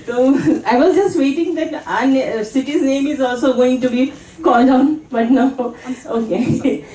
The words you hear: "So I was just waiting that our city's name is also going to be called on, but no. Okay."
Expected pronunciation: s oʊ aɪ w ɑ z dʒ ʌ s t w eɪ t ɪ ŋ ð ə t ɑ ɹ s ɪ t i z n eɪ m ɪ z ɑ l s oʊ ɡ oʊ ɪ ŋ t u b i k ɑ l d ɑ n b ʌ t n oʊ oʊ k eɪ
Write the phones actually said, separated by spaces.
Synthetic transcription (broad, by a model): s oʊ aɪ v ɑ z dʒ ʌ s t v eɪ t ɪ ŋ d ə t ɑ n s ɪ t i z n eɪ m ɪ z ɑ l s oʊ ɡ oʊ ɪ ŋ t u b i k ɑ l d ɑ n b ʌ t n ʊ oʊ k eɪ